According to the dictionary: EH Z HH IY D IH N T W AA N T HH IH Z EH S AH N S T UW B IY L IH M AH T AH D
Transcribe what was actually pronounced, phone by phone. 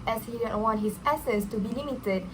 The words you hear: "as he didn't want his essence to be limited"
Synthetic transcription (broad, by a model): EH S HH IY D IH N W AA N T HH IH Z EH S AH S T UW B IY L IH M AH T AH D